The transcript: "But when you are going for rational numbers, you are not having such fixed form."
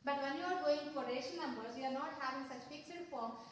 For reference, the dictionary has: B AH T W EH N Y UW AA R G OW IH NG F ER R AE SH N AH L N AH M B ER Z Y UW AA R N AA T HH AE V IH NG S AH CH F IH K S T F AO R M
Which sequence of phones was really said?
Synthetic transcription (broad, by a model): B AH T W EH N Y UW AA R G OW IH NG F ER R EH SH AH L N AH M B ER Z Y UW AA R N AA T HH AE V IH NG S AH CH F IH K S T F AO R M